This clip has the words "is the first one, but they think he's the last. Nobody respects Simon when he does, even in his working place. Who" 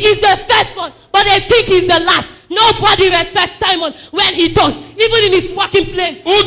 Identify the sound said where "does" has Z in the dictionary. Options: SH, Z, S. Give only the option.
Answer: S